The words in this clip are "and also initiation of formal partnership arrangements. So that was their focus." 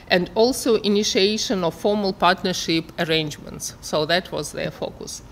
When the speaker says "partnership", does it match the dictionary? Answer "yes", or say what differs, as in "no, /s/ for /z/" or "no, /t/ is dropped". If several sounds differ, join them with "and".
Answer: yes